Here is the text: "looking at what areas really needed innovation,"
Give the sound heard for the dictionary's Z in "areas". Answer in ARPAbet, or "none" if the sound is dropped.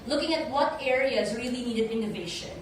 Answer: Z